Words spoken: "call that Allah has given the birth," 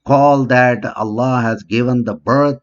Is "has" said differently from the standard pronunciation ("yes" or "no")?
no